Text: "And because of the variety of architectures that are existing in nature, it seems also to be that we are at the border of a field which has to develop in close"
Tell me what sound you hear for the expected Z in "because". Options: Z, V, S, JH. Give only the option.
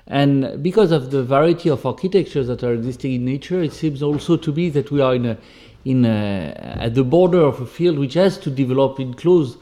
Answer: Z